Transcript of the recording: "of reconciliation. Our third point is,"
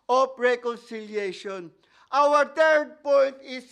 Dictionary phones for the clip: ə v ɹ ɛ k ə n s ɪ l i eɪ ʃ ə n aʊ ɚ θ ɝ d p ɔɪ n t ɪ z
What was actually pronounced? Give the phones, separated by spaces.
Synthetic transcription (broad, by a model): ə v ɹ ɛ k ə n s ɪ l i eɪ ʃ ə n aʊ ɚ t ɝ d p ɔɪ n t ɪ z